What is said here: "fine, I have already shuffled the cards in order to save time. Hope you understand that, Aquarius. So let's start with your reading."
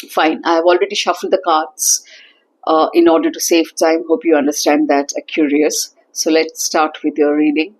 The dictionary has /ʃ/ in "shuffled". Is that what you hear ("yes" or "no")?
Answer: yes